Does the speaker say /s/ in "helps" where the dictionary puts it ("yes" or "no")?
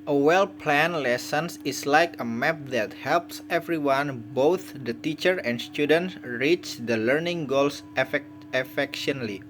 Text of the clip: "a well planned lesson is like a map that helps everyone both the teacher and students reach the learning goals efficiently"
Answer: yes